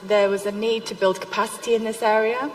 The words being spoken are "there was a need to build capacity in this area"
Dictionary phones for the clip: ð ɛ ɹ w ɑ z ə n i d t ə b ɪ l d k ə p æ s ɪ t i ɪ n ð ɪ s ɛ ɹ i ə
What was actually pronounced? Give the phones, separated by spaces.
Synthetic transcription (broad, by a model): ð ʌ w ɑ z ə n i d t ə b ɪ l d k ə p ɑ s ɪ t i ɪ n ð ɪ s ɛ ɹ i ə